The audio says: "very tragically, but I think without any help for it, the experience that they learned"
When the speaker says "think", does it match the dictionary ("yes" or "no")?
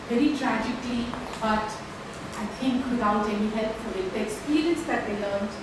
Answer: no